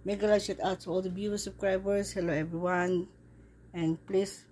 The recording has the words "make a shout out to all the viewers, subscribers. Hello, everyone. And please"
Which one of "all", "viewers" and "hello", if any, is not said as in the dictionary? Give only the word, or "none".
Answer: viewers